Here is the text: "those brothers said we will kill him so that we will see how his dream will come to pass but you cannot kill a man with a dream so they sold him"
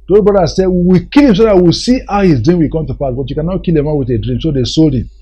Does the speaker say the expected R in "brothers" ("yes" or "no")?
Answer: no